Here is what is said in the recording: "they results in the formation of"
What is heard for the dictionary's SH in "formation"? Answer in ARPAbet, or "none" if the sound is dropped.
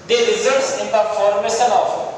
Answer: S